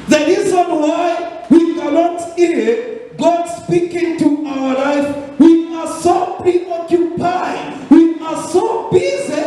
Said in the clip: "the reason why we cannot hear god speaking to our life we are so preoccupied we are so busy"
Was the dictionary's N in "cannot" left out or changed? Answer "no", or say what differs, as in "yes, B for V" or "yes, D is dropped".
yes, L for N